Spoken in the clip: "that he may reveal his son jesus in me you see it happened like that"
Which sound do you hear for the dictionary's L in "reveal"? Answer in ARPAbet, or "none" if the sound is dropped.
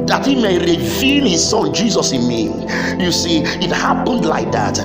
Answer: N